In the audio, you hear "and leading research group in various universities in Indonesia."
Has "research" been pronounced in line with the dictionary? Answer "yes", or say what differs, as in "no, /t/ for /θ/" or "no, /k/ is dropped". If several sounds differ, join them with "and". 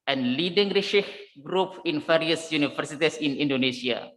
no, /ʃ/ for /s/